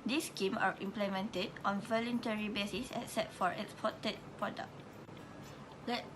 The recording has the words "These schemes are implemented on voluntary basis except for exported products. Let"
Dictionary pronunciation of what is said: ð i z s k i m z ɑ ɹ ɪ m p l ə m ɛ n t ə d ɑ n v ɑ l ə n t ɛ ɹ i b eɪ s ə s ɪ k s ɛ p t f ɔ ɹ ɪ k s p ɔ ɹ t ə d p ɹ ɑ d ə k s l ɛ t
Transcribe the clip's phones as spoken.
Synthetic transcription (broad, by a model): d i s k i m ɑ ɹ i m p l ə m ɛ n t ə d ɑ n v ɑ l ə n t ɛ ɹ i b eɪ s ə s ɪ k s ɛ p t f ɔ ɹ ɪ k s p ɔ t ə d p ɹ ɑ d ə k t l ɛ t